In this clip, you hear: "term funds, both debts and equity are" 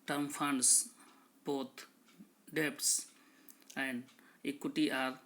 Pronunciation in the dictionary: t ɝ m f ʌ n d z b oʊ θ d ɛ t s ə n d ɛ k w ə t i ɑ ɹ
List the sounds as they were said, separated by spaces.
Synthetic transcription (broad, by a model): t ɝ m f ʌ n d s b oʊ t d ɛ t s ə n d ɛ k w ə t i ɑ ɹ